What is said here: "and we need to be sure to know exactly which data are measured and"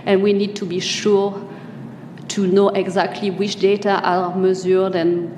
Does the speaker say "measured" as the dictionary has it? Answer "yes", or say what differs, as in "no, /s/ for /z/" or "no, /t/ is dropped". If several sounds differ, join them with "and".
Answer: no, /z/ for /ʒ/